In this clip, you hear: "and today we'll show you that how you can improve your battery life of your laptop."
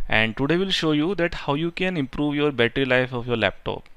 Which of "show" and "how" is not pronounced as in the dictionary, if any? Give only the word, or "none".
none